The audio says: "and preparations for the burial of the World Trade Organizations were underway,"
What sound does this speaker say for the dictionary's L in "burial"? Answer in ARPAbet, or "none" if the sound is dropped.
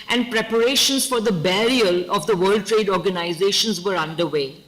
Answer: L